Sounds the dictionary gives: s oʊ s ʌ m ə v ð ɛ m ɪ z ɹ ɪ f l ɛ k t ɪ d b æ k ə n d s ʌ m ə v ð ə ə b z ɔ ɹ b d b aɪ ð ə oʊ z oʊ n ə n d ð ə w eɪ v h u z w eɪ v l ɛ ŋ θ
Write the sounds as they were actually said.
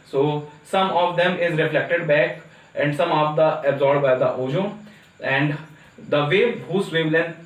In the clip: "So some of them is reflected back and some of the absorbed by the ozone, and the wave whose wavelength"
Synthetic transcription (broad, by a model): s oʊ s ʌ m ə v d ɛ m ɪ z ɹ ɪ f l ɛ k t ɪ d b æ k ə n d s ʌ m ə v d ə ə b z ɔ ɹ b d b aɪ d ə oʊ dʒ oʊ ə n d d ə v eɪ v h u s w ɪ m l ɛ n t